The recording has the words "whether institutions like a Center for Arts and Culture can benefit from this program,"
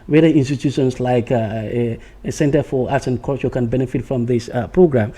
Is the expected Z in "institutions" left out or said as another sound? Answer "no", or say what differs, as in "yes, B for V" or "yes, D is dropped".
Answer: yes, S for Z